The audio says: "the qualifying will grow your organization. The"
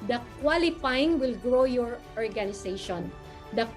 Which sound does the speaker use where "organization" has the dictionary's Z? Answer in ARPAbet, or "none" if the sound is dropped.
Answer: S